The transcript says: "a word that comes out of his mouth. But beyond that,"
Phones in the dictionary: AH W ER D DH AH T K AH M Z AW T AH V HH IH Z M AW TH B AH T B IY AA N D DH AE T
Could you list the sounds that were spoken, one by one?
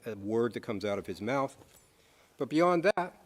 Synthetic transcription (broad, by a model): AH W ER D DH AH T K AH M Z AW T AH V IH Z M AW TH B AH T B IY AA N DH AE T